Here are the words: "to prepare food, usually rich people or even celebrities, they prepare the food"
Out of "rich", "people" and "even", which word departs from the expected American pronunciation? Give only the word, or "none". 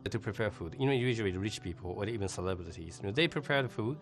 none